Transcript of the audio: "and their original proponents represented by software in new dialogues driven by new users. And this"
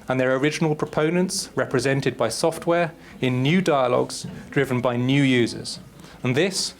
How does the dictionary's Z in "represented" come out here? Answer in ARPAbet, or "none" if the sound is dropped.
Z